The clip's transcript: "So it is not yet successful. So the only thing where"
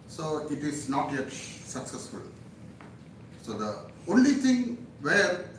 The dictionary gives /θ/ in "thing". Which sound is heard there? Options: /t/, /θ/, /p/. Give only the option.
/t/